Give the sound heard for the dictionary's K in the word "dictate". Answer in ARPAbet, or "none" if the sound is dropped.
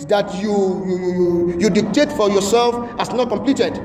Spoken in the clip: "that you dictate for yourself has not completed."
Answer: K